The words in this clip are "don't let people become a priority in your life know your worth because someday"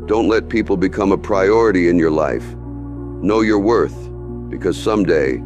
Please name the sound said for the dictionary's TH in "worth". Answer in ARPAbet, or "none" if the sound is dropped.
TH